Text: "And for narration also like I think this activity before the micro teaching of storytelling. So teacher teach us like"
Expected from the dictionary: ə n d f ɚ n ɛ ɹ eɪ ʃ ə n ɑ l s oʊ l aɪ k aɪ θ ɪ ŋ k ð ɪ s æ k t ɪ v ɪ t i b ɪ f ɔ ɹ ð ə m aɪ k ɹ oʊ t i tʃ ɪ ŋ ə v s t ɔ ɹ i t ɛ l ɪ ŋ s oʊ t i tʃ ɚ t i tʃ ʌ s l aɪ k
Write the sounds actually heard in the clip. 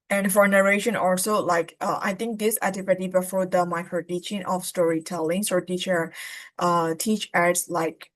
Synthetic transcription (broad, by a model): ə n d f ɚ n ɛ ɹ eɪ ʃ ə n ɑ l s oʊ l aɪ k aɪ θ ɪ ŋ k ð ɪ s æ t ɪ p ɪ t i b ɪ f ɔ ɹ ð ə m aɪ k ɹ oʊ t i tʃ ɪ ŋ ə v s t ɔ ɹ i t ɛ l ɪ ŋ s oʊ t i tʃ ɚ t i tʃ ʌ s l aɪ k